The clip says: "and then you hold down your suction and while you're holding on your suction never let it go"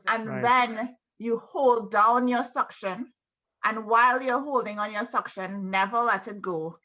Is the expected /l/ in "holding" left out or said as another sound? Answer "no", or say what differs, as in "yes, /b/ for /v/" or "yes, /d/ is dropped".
no